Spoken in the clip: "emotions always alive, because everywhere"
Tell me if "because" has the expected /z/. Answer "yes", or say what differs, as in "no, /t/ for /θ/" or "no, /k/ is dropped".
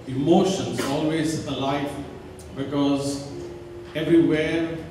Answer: yes